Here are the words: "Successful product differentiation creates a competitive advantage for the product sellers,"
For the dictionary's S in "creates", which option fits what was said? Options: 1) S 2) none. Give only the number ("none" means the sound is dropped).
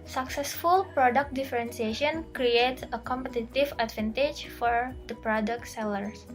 1